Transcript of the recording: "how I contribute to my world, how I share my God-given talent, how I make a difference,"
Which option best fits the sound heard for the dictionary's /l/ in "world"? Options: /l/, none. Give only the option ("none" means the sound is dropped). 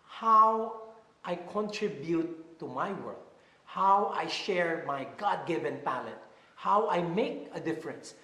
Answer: none